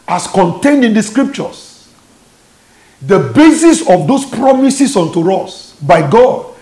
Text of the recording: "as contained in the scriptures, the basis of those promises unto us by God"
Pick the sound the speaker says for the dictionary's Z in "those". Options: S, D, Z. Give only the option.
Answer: S